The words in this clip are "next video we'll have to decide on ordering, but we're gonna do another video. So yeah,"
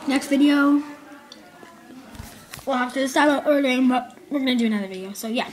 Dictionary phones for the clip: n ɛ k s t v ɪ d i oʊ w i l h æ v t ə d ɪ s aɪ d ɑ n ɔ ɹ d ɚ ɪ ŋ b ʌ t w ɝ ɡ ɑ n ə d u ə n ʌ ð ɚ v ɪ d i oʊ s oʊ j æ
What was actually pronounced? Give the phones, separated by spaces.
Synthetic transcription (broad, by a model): n ɛ k s t v ɪ d i oʊ w i l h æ f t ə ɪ s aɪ ɑ l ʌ ɹ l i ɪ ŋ b ʌ t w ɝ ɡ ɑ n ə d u ə n ʌ ð ɚ v ɪ d i oʊ s oʊ j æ